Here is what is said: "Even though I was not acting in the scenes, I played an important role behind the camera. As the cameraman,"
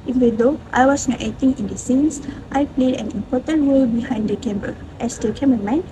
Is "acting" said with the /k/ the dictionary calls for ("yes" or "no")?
no